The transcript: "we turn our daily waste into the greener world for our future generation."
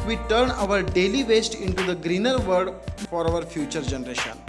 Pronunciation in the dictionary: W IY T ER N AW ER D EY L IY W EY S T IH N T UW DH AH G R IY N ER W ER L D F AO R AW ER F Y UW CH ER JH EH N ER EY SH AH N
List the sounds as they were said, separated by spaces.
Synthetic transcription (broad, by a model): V IY T ER N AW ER D EY L IY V EY S T IH N T UW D AH G R IY N ER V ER D F AO R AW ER F Y UW CH ER JH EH N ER EY SH AH N